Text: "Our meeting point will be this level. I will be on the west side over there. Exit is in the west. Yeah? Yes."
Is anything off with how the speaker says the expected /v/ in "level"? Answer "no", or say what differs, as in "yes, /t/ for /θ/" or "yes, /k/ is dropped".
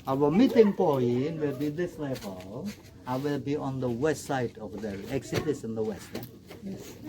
yes, /b/ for /v/